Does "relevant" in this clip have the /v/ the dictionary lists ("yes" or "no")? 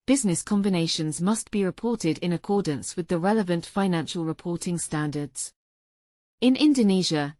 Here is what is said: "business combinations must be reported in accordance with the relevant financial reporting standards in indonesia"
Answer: yes